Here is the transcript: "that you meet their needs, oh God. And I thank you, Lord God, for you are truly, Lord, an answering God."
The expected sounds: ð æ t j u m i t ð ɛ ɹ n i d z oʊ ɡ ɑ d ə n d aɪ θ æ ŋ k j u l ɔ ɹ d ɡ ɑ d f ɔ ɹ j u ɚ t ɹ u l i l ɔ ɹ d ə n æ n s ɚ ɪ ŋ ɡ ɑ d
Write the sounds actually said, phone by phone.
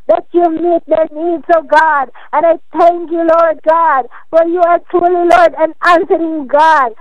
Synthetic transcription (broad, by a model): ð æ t j u m i t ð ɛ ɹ n i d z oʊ ɡ ɑ d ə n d aɪ t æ ŋ k j u l ɔ ɹ d ɡ ɑ d f ɔ ɹ j u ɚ t ɹ u l i l ɔ ɹ d ə n æ n s ɚ ɪ ŋ ɡ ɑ d